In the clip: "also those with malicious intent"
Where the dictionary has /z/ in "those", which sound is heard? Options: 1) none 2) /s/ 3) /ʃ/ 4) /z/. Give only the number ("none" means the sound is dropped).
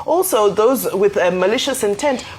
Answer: 4